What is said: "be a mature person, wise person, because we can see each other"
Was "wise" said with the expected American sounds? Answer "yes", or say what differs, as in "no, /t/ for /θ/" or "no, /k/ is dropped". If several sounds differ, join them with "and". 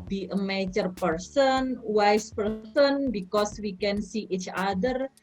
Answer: no, /s/ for /z/